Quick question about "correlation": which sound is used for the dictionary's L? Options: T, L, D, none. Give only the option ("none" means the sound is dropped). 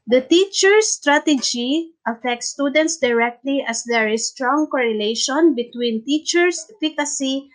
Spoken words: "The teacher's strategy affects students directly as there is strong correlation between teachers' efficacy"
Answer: L